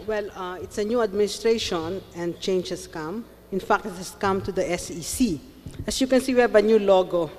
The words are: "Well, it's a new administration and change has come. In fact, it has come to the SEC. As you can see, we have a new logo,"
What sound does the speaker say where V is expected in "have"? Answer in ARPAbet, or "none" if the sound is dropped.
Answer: B